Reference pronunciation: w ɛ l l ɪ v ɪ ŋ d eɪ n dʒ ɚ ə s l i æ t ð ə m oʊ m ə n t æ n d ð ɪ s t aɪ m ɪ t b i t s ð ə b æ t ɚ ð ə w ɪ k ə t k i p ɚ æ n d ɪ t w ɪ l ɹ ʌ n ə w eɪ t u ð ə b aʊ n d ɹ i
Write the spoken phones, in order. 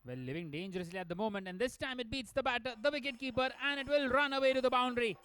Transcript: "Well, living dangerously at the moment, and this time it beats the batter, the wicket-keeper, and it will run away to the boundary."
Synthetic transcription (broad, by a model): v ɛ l l ɪ v ɪ ŋ d eɪ n dʒ ɚ ə s l i æ t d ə m oʊ m ə n t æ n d ɪ s t aɪ m ɪ t b i t s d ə b æ t ɚ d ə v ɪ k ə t k i p ɚ æ n d ɪ t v ɪ l ɹ ʌ n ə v eɪ t u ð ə b aʊ n d ɹ i